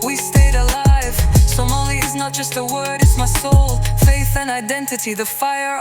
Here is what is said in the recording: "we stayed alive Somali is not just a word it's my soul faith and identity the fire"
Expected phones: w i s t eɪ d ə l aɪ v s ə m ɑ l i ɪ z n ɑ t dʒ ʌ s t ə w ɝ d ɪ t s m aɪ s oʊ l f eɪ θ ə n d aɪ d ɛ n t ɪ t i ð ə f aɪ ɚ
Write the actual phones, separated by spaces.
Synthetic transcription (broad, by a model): w i s t eɪ d ə l aɪ v s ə m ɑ l i ɪ z n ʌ t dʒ ʌ s t ə w ɝ d ɪ t s m aɪ s oʊ l f eɪ θ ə n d aɪ d ɛ n t ɪ t i ð ə f aɪ ɚ